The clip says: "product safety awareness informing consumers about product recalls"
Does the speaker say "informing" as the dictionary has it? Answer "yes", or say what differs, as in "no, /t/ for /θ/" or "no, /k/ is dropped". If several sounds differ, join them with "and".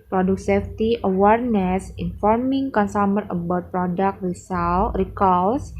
yes